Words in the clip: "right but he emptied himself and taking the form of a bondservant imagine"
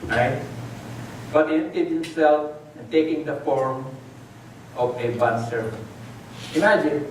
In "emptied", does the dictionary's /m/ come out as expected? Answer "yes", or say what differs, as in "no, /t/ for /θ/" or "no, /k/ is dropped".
no, /m/ is dropped